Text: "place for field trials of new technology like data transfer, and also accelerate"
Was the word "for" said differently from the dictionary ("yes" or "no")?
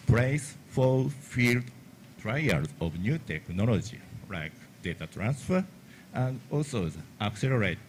yes